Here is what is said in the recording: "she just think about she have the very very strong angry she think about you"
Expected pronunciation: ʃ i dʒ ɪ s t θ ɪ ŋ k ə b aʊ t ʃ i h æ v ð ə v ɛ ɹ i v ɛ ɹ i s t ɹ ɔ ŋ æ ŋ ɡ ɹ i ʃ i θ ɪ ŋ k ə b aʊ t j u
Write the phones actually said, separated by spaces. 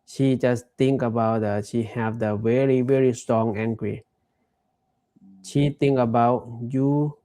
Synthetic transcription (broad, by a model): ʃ i dʒ ɪ s t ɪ ŋ k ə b aʊ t ʃ i h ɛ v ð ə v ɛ ɹ i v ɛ ɹ i s t ɹ ɔ ŋ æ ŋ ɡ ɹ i ʃ i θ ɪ ŋ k ə b aʊ t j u